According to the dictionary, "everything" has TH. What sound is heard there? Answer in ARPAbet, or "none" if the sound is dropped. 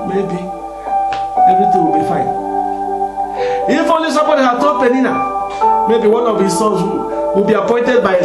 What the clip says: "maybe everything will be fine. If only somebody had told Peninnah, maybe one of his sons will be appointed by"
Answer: T